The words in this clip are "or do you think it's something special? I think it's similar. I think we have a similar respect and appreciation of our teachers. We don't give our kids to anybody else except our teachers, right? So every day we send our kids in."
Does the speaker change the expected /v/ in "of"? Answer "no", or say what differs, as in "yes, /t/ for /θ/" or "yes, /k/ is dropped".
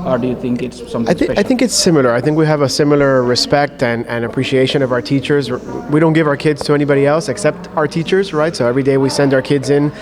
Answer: no